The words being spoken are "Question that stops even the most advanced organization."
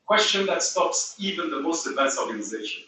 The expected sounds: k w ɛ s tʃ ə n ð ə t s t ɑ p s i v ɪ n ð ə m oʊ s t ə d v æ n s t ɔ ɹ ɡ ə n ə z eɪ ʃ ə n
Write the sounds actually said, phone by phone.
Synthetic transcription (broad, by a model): k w ɛ s tʃ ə n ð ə t s t ɑ p s i v ɪ n ð ə m oʊ s t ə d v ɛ s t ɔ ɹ ɡ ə n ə z eɪ ʃ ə n